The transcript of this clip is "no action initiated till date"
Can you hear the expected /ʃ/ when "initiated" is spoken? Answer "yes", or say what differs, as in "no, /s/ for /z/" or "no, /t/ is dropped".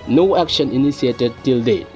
no, /s/ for /ʃ/